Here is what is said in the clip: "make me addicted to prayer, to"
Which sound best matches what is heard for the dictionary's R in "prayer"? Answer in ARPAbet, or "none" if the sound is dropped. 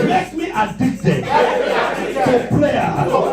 L